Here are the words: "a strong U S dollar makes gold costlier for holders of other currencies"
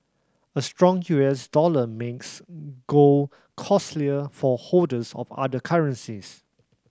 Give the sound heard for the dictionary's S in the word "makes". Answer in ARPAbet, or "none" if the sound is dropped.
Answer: S